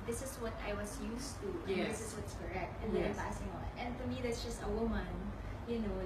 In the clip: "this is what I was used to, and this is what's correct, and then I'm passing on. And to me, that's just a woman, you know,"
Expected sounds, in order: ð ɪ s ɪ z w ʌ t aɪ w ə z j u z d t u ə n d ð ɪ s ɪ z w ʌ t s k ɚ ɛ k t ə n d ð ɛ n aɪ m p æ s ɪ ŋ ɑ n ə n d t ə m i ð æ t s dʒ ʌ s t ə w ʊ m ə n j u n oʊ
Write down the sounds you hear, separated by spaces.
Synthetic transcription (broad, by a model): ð ɪ s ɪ s w ʌ t aɪ w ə s j u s t u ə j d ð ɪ s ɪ s w ʌ t s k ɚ ɛ k t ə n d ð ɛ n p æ s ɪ ŋ ɑ n ə n d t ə m i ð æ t s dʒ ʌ s t ə w ʊ m ə n j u n oʊ